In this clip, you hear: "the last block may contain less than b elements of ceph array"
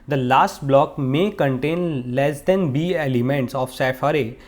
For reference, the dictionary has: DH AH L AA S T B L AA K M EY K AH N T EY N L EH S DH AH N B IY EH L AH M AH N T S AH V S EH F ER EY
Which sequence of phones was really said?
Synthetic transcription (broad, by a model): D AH L AA S T B L AA K M EY K AH N T EY N L EH S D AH N B IY EH L AH M AH N T S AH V S EH F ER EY